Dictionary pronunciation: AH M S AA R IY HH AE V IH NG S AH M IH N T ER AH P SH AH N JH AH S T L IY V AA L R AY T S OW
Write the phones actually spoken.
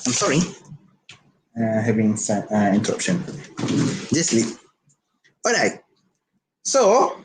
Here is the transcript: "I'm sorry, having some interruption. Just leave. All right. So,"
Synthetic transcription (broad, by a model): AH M S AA R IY HH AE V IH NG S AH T IH N T ER AH P SH AH N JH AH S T L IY P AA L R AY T S OW